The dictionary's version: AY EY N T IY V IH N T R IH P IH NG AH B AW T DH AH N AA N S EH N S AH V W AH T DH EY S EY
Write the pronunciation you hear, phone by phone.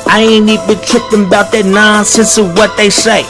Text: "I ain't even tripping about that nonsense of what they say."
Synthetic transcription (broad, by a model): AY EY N IY B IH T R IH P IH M AH B AW T DH AH N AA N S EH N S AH W AH T DH EY S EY